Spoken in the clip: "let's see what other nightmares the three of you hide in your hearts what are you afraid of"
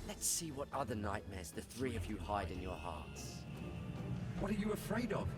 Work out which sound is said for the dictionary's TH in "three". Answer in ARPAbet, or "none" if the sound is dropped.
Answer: TH